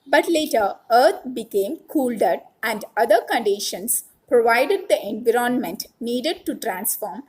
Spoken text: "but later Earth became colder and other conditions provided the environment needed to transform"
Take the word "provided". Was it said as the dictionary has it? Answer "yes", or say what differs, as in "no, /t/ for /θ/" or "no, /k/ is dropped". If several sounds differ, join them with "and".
yes